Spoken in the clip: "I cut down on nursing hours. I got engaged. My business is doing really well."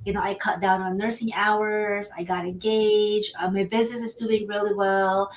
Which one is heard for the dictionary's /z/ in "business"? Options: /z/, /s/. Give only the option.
/z/